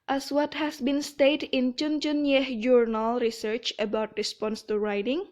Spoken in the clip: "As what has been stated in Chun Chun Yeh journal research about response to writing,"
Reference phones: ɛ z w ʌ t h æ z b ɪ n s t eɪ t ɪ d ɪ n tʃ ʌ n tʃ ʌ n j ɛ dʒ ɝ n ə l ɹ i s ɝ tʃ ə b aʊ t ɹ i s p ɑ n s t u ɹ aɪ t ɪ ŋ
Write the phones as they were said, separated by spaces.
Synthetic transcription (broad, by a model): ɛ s w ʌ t h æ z b ɪ n s t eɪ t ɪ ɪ n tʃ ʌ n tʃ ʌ n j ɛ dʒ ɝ n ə l ɹ i s ɝ tʃ ə b aʊ t ɹ i s p ɑ n s t u ɹ aɪ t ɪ ŋ